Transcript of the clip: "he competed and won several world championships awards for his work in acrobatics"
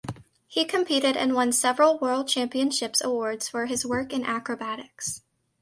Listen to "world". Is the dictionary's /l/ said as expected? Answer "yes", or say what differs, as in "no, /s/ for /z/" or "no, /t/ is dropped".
yes